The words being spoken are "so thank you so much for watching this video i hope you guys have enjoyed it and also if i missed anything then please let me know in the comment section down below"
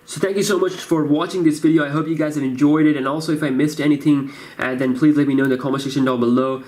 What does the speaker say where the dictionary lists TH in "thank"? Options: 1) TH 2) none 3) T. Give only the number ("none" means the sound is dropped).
1